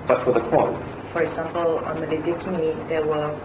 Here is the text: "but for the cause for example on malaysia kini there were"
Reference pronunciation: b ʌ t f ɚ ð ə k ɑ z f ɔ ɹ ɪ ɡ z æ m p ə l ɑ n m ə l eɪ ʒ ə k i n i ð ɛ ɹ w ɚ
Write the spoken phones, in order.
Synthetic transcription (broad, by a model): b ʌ t f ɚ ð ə k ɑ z f ɔ ɹ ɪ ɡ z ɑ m p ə l ɑ n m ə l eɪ z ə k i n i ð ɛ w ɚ